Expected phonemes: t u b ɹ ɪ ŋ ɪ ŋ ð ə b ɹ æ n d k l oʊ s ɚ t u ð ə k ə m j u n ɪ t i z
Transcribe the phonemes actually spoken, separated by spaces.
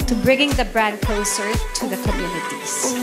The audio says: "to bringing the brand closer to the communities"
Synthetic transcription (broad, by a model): t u b ɹ ɪ ŋ ɪ ŋ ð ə b ɹ æ n d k oʊ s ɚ t u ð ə k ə m j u n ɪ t i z